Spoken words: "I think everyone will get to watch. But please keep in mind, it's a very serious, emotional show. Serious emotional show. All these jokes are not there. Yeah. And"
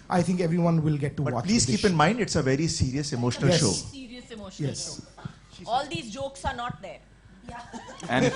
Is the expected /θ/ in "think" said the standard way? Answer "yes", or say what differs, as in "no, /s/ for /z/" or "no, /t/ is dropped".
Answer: no, /t/ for /θ/